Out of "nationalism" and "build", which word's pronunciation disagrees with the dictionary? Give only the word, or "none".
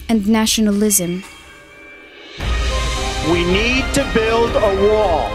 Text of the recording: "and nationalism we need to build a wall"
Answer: none